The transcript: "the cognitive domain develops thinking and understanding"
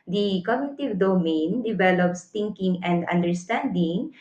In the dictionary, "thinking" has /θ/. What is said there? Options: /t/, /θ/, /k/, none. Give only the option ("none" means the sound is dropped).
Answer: /t/